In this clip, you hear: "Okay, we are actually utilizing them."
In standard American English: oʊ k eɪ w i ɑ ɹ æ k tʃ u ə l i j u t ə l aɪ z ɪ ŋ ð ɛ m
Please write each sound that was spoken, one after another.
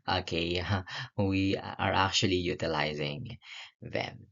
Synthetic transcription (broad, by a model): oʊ k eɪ w i ɑ ɹ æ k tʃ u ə l i j u t ə l aɪ z ɪ ŋ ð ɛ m